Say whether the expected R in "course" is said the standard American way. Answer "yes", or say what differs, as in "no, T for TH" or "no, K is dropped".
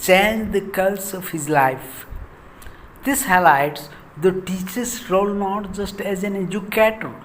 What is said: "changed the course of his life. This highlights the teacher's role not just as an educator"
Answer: no, L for R